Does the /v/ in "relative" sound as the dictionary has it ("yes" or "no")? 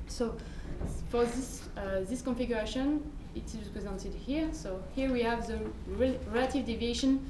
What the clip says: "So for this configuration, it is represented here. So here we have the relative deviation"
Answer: yes